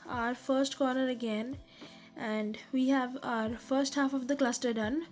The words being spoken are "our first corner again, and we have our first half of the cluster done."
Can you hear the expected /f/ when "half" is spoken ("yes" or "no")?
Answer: yes